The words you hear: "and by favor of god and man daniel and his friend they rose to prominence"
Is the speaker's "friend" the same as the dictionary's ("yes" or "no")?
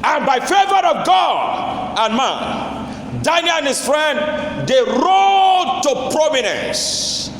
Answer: yes